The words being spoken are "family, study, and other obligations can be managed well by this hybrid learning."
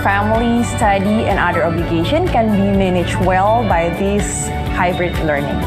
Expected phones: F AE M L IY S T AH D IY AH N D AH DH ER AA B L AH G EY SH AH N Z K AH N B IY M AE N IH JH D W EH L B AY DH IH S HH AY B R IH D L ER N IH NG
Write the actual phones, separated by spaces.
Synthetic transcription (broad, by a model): F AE M L IY S T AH D IY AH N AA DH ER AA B L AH G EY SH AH N K AH N B IY M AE N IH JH W EH L B AY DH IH S HH AY B R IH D L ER N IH NG